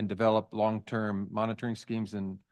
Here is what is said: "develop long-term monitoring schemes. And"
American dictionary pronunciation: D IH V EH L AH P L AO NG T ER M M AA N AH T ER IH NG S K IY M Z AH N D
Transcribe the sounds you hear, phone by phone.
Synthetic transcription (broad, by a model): D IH V EH L AH P L AO NG T ER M M AA N AH T ER IH NG S K IY M Z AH N